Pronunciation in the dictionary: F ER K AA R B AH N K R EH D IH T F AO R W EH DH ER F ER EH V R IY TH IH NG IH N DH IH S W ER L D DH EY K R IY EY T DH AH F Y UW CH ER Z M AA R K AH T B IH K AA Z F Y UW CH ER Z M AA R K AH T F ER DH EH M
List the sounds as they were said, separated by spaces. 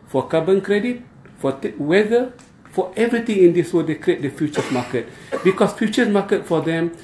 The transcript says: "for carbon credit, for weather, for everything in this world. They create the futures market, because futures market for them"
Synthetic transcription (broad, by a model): F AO K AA B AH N K R EH D IH T F AO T W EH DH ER F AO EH V R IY T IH NG IH N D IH S W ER D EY K R IY EY T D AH F Y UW CH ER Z M AA K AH T B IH K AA S F Y UW CH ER S M AA K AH T F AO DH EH M